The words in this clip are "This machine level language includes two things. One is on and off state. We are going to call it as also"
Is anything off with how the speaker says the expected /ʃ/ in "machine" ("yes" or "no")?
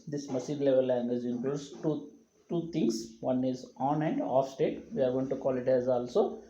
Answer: yes